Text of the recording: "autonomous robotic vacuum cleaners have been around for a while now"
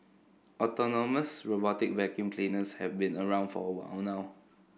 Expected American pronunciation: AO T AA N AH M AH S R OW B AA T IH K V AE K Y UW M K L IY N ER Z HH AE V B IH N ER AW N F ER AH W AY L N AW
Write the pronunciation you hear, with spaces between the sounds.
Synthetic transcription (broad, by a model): AO T AA N AH M AH S R OW B AA T IH K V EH K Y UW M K L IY N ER S HH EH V B IH N ER AW N F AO AH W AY W N AW